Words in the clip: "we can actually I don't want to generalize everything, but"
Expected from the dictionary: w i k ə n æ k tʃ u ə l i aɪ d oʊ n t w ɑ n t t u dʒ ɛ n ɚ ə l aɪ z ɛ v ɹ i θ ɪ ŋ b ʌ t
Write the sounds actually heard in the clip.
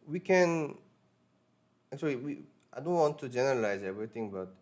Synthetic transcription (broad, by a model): w i k ə n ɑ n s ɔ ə w i aɪ d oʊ n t w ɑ n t t u dʒ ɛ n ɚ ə l aɪ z ɛ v ɹ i t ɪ ŋ b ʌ t